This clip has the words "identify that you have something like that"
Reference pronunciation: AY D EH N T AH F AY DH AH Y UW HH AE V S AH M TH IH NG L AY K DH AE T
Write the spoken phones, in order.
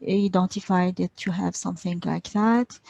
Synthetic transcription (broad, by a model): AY D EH N T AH F AY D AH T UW HH AE V S AH M TH IH NG L AY K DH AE T